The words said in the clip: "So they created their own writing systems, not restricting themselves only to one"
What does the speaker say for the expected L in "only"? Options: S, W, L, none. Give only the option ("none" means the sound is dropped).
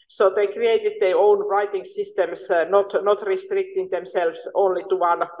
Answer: L